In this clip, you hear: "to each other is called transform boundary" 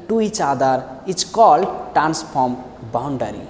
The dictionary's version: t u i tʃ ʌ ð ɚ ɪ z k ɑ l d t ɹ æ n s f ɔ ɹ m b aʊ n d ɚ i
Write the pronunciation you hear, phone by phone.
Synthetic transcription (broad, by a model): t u i tʃ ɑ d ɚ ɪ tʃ k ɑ l t ɹ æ n s p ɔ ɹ m b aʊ n d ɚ i